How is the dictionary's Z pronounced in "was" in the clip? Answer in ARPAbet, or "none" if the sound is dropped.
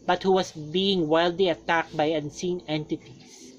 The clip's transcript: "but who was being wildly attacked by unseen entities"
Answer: S